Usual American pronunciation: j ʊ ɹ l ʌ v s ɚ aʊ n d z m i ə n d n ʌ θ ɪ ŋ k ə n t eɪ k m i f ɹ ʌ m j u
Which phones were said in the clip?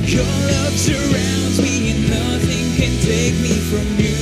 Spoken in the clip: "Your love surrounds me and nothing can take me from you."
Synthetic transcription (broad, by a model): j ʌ ɹ l ʌ v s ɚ aʊ n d m i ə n n ʌ θ ɪ ŋ k ə n t eɪ k m i f ɹ ʌ m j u